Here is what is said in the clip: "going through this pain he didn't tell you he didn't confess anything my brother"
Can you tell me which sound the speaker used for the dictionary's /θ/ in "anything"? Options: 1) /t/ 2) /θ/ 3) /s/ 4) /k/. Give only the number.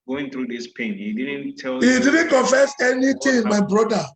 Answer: 1